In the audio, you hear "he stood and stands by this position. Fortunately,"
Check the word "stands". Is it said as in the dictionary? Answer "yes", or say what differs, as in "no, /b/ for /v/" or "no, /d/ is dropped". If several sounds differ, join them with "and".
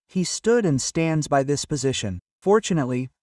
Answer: yes